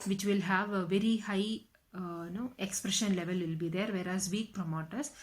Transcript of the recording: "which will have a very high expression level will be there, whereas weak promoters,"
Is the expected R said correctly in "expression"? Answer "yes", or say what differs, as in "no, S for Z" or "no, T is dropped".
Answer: yes